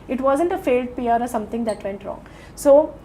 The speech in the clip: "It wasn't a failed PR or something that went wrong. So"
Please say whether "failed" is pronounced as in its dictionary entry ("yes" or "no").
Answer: yes